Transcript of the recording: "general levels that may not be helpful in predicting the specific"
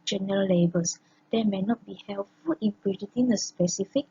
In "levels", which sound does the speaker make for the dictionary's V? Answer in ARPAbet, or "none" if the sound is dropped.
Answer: B